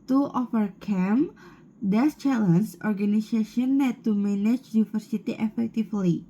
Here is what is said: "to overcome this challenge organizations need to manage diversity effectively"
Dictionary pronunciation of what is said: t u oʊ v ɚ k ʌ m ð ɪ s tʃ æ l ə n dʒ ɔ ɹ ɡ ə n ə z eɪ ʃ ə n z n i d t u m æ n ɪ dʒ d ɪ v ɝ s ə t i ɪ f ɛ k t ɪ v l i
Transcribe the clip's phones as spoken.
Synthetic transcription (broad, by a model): t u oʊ f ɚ k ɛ m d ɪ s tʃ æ l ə n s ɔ ɹ ɡ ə n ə s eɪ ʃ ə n n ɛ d t u m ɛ n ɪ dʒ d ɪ f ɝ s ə t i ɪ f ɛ k t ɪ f l i